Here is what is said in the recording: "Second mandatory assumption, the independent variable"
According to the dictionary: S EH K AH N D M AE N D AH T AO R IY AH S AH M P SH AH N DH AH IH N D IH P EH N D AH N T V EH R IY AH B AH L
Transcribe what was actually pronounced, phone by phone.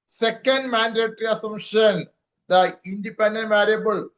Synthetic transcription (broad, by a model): S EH K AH N D M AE N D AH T R IY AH S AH M SH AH N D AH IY N D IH P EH N D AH N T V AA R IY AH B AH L